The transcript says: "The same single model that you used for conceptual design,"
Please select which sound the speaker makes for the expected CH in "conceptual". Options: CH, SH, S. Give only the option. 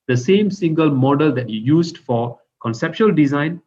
SH